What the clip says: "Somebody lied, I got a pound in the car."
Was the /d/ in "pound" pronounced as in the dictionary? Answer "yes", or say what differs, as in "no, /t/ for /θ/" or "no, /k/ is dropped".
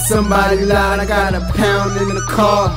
yes